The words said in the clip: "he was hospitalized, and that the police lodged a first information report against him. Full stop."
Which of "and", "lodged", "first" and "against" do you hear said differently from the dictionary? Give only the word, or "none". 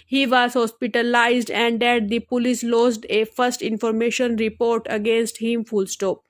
lodged